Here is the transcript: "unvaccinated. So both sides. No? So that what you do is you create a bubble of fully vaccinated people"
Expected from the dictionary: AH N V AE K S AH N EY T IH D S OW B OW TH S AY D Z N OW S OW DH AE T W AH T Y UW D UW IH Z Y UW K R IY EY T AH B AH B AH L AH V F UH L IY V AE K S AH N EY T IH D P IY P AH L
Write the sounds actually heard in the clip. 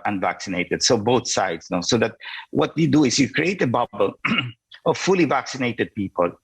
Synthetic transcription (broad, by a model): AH N V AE K S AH N EY T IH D S OW B OW TH S AY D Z N OW S OW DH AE T W AH T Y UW D UW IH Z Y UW K R IY EY T AH B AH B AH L AH V F UH L IY V AE K S AH N EY T IH D P IY P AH L